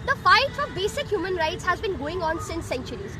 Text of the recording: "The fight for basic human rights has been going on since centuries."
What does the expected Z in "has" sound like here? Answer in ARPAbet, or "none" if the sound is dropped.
Z